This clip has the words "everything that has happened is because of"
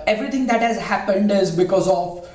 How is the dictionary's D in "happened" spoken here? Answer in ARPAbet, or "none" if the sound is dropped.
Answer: D